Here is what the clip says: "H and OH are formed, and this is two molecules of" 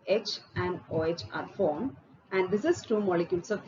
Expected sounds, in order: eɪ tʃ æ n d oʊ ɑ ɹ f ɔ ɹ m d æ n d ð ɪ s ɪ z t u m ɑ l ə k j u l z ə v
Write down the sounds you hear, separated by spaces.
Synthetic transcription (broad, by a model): eɪ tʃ æ n d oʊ ɑ ɹ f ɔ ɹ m æ n d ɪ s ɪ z t u m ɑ l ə k j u l s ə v